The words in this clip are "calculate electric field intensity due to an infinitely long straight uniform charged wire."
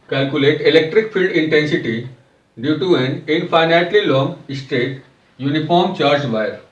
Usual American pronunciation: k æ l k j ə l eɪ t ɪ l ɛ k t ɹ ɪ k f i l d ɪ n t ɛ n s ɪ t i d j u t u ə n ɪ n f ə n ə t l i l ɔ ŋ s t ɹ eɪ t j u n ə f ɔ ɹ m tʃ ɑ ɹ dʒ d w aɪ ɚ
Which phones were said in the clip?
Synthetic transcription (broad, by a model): k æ l k j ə l eɪ t ɪ l ɛ k t ɹ ɪ k f i l d ɪ n t ɛ n s ɪ t i d j u t u ə n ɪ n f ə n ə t l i l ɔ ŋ s t eɪ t j u n ə f ɔ ɹ m tʃ ɑ ɹ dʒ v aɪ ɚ